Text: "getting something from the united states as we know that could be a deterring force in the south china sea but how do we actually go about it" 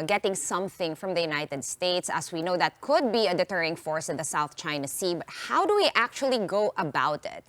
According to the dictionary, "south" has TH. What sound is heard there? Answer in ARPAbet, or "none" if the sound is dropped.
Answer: TH